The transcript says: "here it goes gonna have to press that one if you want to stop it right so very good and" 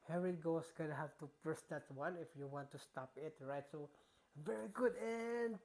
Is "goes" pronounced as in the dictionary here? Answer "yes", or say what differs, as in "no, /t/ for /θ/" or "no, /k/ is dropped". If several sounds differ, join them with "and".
no, /s/ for /z/